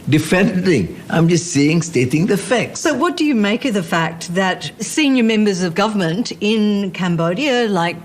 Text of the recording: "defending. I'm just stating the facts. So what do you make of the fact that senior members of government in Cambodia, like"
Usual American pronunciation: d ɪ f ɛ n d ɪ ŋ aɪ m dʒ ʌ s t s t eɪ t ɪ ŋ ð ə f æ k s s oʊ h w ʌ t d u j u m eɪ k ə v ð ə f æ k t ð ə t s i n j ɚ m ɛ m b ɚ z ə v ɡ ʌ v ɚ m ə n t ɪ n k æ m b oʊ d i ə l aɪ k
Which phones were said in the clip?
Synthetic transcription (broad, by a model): d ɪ f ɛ n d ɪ ŋ aɪ m dʒ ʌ s t s t eɪ t ɪ ŋ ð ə f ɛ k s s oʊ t w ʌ t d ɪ j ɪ m eɪ k ə v ð ə f æ k t ð ə t s i n j ɚ m ɛ m b ɚ z ə v ɡ ʌ v ɚ m ə n t ɪ n k æ m b oʊ d i ə l aɪ k